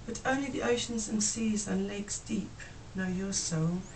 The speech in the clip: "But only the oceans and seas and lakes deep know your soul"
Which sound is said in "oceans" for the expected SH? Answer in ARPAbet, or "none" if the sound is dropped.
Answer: SH